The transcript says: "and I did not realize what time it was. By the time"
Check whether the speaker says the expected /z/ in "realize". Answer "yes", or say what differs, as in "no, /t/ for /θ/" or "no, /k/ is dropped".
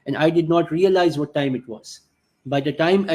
yes